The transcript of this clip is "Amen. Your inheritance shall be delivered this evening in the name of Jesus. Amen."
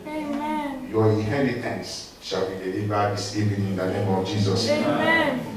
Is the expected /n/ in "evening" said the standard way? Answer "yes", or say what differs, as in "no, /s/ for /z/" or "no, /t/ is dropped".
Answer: no, /n/ is dropped